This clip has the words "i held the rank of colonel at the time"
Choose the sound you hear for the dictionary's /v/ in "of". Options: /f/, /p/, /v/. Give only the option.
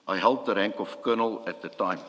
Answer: /f/